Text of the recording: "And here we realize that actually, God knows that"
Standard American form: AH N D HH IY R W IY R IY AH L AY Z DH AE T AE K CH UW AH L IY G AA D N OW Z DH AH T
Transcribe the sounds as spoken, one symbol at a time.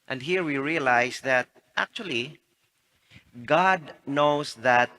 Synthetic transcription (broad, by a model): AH N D HH IY R W IY R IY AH L AY S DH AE T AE K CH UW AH L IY G AA D N OW S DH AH T